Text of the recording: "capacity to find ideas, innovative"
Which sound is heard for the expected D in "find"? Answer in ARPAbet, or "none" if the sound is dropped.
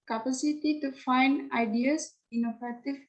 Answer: D